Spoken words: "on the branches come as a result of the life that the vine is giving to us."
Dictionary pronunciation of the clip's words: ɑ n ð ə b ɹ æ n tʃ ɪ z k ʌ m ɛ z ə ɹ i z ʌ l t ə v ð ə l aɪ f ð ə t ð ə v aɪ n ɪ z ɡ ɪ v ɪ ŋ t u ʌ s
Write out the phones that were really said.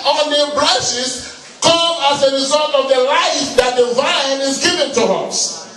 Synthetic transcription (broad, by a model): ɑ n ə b l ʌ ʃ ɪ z k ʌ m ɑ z ə ɹ i z ʌ l t ə v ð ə l aɪ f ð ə t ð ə v aɪ n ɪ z ɡ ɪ v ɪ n t u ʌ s